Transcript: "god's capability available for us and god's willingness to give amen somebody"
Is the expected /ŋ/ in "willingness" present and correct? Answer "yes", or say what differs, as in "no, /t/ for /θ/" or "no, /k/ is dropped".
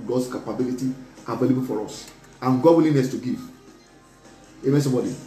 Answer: no, /ŋ/ is dropped